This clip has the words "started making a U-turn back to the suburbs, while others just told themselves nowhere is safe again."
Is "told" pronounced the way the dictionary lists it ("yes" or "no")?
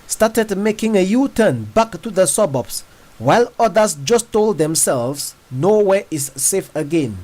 yes